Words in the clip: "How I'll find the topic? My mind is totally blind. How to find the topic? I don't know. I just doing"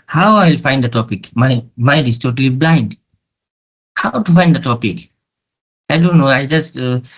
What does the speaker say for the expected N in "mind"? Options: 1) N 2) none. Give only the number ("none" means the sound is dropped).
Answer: 2